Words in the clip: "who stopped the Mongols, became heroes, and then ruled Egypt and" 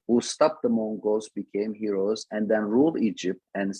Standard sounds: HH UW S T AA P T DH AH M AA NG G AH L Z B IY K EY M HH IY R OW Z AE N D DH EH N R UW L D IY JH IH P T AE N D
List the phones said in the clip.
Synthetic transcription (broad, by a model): HH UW S T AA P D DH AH M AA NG G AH Z B IY K EY M HH IY R OW Z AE N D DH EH N R UW L D IY JH IH P T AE N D